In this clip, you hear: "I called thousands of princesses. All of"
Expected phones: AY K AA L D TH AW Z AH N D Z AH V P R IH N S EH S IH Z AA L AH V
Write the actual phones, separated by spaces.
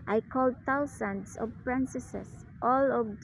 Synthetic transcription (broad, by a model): AY K AA L D T AW S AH N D S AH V P R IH N S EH S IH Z AA L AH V